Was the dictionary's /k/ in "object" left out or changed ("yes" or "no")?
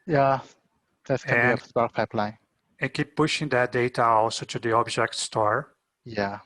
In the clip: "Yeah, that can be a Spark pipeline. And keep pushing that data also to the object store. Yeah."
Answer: no